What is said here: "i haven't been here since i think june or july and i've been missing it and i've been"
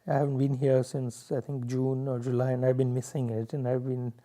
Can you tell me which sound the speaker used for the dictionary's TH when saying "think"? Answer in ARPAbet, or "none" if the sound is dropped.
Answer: T